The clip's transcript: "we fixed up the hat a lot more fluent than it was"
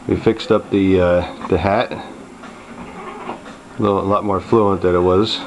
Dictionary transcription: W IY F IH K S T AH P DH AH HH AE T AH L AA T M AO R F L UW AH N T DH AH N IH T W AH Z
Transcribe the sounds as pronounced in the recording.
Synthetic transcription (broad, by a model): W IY F IH K S T AH P DH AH HH AE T AH L AA T M AO R F L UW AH N DH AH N IH T W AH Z